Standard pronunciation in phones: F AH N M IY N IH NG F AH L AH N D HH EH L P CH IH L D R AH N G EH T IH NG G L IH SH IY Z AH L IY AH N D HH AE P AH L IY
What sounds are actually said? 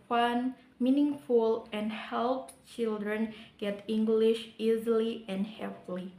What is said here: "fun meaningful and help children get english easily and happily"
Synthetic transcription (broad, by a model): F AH N M IY N IH NG F AH L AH N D HH EH L P CH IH L D R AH N G EH T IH NG G L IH SH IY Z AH L IY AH N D HH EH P L IY